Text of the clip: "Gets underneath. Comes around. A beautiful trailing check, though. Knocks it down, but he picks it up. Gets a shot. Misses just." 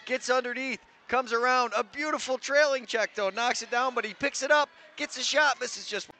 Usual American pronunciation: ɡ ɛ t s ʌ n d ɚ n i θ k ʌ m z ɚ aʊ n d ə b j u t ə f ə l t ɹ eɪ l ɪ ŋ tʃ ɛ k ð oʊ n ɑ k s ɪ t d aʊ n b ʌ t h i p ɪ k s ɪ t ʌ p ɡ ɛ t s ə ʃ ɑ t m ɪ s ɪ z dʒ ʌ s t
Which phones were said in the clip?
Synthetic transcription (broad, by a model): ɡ ɛ t s ʌ n d ɚ n i θ k ʌ m z ɚ aʊ n d ə b j u t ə f l t ɹ eɪ l ɪ ŋ tʃ ɛ k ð oʊ n ɑ k s ɪ t d aʊ n b ʌ t h i p ɪ k s ɪ t ʌ p ɡ ɛ t s ə ʃ ɑ t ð ɪ s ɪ z dʒ ʌ s t